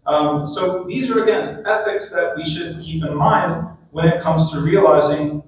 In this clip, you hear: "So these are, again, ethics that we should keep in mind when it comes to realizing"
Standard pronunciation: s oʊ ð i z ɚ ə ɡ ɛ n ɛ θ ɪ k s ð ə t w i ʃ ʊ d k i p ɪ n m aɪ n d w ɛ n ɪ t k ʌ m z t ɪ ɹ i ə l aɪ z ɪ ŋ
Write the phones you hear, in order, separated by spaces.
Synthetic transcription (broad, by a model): s oʊ ð i z ɚ ə ɡ ɛ n ɛ θ ɪ k s ð ə t w i ʃ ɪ d k i p ɪ n m aɪ n d w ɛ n ɪ t k ʌ m z t ɪ ɹ i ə l aɪ z ɪ ŋ